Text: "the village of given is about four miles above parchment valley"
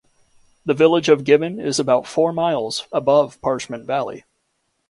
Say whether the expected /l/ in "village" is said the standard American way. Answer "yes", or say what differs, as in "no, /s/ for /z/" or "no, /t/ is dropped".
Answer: yes